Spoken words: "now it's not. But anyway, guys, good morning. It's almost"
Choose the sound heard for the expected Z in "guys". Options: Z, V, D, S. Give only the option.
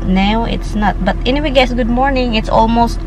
S